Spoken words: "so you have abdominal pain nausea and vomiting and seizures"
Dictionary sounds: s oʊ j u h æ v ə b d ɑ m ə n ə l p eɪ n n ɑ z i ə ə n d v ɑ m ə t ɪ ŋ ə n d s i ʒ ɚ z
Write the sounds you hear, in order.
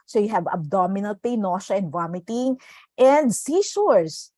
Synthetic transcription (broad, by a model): s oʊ j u h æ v ə b d ɑ m ə n ə l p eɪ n n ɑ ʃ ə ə n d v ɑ m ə t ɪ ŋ ə n d s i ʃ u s